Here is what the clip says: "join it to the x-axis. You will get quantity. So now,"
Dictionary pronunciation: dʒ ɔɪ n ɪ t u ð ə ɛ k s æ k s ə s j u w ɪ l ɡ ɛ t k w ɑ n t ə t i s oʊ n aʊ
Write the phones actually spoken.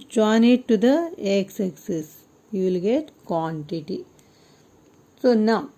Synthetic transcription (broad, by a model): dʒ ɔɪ n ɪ t u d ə ɛ k s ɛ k s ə s j u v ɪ l ɡ ɛ t k w ɑ n t ə t i s oʊ n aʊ